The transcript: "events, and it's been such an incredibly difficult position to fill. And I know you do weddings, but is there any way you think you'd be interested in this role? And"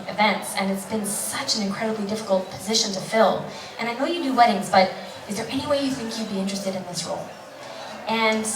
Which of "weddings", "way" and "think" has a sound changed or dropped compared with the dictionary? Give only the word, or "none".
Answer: none